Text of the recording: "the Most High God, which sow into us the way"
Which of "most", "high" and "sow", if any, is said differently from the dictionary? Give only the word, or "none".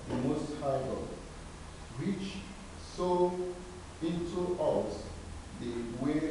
none